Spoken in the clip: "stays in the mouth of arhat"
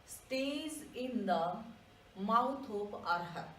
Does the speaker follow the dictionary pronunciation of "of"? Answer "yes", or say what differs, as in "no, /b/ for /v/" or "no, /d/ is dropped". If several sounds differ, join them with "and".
no, /p/ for /v/